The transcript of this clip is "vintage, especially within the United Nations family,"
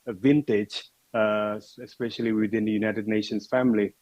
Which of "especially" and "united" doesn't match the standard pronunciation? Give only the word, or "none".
none